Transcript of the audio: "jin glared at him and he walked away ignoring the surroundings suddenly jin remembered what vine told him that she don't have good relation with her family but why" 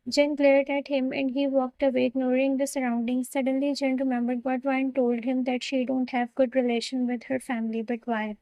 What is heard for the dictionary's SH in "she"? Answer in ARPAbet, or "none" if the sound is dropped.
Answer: SH